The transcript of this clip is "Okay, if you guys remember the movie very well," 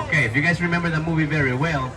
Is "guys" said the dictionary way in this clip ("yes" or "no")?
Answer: yes